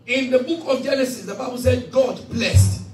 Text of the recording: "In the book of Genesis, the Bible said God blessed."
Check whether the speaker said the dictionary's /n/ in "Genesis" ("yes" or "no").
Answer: yes